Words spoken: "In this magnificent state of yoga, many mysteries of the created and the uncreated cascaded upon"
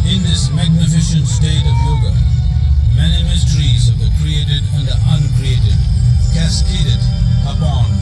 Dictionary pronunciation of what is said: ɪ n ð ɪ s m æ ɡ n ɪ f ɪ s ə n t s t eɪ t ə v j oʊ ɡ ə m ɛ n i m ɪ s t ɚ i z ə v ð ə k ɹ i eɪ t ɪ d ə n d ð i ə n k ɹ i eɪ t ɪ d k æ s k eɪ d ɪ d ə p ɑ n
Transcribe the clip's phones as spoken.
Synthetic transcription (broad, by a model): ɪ n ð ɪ s m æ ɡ n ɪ f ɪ ʃ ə n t s t eɪ t ə v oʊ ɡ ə m ɛ n i m ɪ s t ɚ i z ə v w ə k ɹ i eɪ t ɪ d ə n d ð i ə n k ɹ i eɪ t ɪ d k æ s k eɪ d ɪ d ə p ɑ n